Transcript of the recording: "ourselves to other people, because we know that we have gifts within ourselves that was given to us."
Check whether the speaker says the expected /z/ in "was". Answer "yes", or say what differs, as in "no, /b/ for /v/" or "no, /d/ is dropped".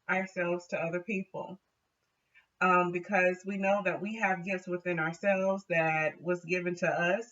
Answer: yes